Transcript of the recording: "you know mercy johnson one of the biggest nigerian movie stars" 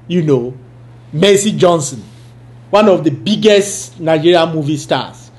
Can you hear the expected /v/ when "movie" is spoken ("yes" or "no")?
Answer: yes